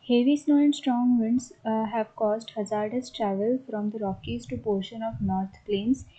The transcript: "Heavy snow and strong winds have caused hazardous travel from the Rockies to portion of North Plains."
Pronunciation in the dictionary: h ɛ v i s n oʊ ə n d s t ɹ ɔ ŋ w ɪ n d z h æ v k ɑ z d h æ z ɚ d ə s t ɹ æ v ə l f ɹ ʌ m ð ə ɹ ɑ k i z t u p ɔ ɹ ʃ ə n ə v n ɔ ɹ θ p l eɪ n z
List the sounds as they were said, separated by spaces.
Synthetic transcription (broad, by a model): h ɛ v i s n oʊ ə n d s t ɹ ɔ ŋ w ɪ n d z h æ v k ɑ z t h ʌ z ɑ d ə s t ɹ æ v ə l f ɹ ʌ m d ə ɹ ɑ k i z t u p ɔ ɹ ʃ ə n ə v n ɔ ɹ t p l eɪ n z